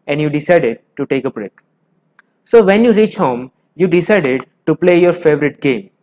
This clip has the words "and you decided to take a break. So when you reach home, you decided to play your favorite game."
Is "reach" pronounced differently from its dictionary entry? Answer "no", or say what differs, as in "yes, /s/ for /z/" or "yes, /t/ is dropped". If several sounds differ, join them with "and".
no